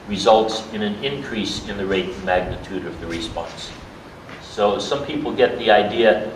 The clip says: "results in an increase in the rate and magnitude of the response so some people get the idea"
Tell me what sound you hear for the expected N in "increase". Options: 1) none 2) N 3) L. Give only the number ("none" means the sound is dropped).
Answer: 2